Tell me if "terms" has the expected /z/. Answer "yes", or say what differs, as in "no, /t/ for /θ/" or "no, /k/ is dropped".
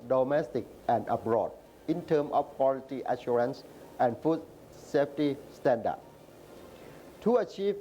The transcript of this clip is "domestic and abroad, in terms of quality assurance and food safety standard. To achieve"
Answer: no, /z/ is dropped